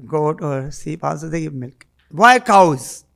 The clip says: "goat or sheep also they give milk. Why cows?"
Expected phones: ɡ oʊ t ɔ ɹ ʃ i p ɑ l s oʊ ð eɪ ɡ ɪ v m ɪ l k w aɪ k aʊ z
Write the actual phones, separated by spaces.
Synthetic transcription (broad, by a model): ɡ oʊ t ɔ ɹ s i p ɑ s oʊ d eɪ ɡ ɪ m ɪ l k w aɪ k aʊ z